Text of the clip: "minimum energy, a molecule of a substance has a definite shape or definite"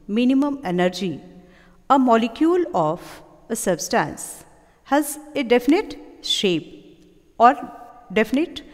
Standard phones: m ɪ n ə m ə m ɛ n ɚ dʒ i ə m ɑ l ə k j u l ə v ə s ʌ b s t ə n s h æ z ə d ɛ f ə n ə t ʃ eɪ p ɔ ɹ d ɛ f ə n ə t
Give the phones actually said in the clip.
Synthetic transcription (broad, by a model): m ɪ n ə m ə m ɛ n ɚ dʒ i ə m ɑ l ə k j u l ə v ə s ʌ b s t ə n s h æ z ə d ɛ f ə n ə t ʃ eɪ p ɔ ɹ d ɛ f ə n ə t